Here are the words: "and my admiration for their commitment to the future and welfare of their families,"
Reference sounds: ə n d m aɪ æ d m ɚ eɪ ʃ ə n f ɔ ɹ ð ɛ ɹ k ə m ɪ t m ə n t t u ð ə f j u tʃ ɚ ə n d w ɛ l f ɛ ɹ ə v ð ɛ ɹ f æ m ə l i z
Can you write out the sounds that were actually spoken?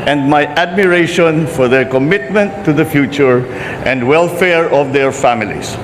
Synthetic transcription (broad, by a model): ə n d m aɪ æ d m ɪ eɪ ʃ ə n f ɔ ɹ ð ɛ ɹ k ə m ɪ t m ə n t t u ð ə f j u tʃ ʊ ə n d w ɛ l f ɛ ɹ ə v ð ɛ ɹ f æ m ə l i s